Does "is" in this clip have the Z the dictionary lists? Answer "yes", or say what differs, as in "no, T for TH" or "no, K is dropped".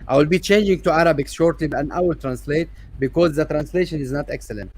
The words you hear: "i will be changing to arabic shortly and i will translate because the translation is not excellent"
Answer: yes